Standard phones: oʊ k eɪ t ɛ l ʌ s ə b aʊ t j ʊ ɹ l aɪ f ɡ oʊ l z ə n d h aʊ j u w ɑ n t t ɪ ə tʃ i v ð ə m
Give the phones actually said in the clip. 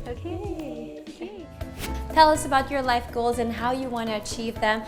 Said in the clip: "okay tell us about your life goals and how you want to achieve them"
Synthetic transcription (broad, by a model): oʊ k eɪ t ɛ l ʌ s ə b aʊ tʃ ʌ ɹ l aɪ f ɡ oʊ l z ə n h aʊ j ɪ w ɑ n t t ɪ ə tʃ i v ð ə m